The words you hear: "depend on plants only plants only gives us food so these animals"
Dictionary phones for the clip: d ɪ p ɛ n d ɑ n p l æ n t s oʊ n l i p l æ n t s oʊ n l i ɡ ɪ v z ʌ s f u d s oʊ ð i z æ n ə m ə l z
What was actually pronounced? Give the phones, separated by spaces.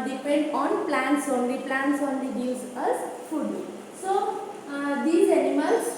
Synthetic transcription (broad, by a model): d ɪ p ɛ n d ɑ n p l æ n t s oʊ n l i p l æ n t s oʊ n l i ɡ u z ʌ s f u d s oʊ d i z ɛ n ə m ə l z